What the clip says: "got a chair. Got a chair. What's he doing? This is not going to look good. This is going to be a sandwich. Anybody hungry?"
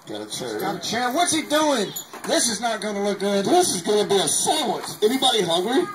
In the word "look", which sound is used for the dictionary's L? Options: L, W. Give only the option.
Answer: L